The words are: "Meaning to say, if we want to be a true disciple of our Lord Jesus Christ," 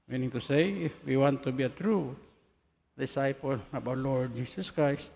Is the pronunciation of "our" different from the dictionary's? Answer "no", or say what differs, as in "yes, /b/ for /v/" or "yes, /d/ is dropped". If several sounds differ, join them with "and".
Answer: yes, /w/ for /ɹ/